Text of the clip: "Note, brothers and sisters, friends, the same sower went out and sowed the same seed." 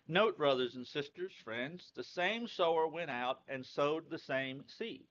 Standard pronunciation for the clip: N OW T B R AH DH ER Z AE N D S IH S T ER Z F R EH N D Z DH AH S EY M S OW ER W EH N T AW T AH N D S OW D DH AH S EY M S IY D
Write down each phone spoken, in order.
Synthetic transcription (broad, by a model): N OW T B R AH DH ER Z N S IH S T ER Z F R EH N D Z DH AH S EY M S OW ER W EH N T AW T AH N S OW D DH AH S EY M S IY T